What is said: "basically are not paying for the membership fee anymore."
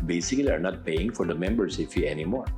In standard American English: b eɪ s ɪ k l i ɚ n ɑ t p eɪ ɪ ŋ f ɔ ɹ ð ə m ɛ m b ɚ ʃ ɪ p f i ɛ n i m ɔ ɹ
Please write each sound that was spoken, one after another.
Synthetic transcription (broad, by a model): b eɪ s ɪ k l i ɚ n ɑ t p eɪ ɪ ŋ f ɔ ɹ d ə m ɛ m b ɚ s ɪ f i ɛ n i m ɔ ɹ